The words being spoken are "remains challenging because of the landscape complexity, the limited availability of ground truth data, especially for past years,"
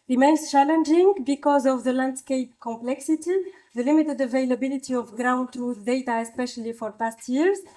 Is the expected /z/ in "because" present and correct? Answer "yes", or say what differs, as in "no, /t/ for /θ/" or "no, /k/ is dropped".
yes